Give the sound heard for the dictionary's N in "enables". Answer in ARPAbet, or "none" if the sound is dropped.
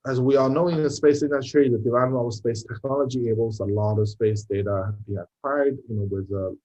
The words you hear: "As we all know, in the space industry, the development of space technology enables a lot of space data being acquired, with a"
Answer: none